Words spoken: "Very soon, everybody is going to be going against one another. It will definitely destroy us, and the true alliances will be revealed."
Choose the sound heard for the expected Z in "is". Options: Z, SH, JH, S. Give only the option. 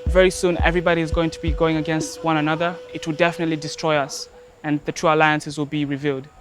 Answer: Z